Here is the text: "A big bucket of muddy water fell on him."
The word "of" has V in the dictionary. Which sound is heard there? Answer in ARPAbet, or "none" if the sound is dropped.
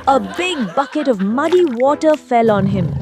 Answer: V